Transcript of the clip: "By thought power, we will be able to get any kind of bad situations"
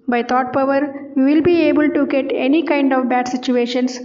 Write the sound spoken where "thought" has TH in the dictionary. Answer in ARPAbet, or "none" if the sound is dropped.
T